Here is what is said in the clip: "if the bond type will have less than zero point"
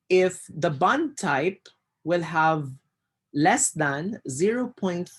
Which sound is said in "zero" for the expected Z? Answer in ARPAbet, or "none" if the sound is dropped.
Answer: Z